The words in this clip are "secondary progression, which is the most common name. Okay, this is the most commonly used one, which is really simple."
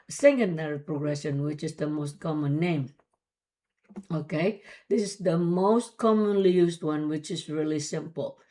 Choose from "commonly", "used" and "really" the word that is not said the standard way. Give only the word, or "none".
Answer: used